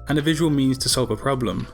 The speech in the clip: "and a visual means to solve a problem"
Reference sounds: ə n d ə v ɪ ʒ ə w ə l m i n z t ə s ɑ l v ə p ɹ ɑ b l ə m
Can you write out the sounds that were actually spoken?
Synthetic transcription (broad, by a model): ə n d ə v ɪ ʒ ə w ə l m i n z t ə s ɑ l v ə p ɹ ɑ b l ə m